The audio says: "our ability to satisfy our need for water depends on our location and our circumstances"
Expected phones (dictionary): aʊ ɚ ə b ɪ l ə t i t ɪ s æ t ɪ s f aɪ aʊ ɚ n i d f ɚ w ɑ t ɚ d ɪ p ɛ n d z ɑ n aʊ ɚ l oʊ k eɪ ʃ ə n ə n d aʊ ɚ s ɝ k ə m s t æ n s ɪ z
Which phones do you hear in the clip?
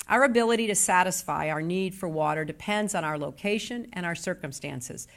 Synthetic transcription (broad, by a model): aʊ ɚ ə b ɪ l ə t i t ɪ s æ t ɪ s f aɪ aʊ ɚ n i d f ɚ w ɑ t ɚ d ɪ p ɛ n d z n aʊ ɚ l oʊ k eɪ ʃ ə n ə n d aʊ ɚ s ɝ k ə m s t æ n s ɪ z